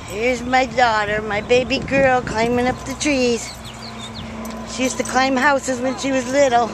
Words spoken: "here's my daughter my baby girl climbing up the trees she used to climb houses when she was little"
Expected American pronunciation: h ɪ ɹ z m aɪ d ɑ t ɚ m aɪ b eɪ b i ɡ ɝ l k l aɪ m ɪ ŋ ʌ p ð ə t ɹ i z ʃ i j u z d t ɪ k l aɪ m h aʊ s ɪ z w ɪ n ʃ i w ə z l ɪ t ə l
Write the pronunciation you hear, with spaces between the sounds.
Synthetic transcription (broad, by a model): h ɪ ɹ z m aɪ d ɑ t ɚ m aɪ b eɪ b i ɡ ɝ l k l aɪ m ɪ ŋ ʌ p ð ə t ɹ i z ʃ i j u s t ɪ k l aɪ m h aʊ s ɪ z w ɪ n ʃ i w ə z l ɪ t l